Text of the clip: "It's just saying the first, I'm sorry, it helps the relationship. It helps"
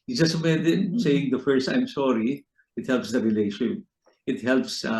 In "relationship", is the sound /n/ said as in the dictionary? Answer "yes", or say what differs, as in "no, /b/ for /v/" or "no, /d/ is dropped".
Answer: no, /n/ is dropped